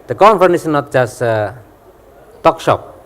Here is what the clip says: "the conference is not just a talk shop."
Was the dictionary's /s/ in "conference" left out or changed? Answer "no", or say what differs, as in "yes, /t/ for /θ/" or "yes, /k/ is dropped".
yes, /s/ is dropped